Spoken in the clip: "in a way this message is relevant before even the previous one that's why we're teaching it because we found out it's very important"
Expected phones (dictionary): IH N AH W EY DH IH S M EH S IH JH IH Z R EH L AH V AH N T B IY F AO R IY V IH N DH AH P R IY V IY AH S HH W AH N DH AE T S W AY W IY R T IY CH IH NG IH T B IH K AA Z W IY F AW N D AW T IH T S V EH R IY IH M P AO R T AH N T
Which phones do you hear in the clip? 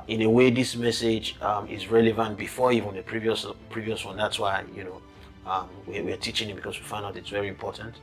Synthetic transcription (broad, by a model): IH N AH W EY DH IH S M EH S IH JH IH Z R EH L AH V AH N T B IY F AO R IY V IH N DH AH P R IY V IY AH S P W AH N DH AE T S W AY W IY W T IY CH IH NG IH T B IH K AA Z W IY F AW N D AW T IH T S V EH R IY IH M P AO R T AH N T